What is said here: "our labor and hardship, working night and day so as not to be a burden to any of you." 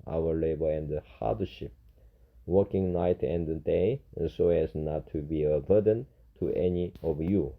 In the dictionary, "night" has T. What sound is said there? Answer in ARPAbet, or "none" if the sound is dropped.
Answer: T